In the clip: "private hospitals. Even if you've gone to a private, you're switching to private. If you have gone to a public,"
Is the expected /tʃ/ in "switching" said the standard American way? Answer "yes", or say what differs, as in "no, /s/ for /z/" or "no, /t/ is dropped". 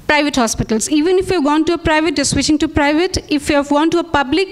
no, /ʃ/ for /tʃ/